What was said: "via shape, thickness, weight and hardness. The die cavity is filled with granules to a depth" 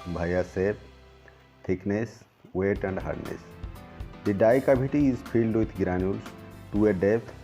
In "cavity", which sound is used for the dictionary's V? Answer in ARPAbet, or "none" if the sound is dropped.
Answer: B